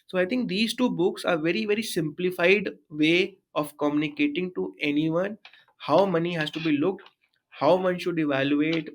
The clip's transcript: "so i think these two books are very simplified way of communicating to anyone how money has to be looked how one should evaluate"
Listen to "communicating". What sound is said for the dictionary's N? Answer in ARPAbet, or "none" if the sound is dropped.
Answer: N